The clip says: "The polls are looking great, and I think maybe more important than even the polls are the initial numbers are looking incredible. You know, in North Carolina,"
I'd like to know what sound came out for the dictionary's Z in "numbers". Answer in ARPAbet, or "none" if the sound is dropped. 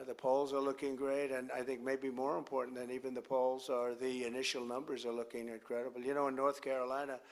Z